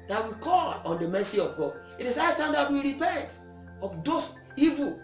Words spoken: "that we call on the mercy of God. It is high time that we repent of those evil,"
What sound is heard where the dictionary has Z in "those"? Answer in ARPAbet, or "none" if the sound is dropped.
S